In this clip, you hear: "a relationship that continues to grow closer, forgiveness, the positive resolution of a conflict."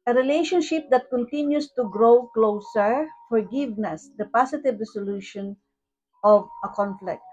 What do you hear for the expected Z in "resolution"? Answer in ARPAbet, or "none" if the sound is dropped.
S